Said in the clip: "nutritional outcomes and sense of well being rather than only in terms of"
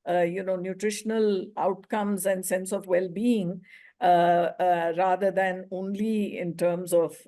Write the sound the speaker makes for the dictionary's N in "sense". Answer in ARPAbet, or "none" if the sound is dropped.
N